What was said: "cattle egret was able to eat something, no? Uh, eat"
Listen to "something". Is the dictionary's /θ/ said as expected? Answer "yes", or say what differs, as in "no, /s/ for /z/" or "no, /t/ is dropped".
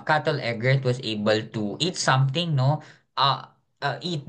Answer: no, /t/ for /θ/